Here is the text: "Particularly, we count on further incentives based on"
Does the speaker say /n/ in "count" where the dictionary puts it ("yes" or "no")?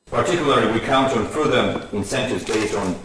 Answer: yes